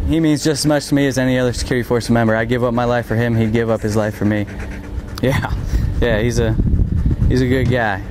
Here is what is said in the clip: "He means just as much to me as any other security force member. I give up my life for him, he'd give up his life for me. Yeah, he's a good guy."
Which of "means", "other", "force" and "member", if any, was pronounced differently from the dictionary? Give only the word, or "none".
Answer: none